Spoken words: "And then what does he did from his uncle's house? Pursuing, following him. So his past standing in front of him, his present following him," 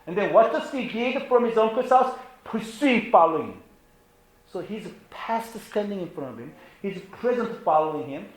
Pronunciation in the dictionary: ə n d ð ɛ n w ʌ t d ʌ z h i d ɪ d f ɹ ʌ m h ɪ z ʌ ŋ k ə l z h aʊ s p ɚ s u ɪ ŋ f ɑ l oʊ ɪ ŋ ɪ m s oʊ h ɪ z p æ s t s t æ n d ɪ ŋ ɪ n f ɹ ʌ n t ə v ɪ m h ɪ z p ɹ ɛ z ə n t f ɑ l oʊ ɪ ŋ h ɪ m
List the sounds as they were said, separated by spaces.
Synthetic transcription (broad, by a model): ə n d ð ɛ n w ʌ t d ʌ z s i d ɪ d f ɹ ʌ m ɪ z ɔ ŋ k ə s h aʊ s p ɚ s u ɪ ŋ f ɑ l oʊ ɪ ŋ ɪ m s oʊ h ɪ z p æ s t s t æ n d ɪ ŋ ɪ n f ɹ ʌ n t ə v ɪ m h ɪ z p ɹ ɛ z ə n t f ɑ l oʊ ɪ ŋ h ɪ m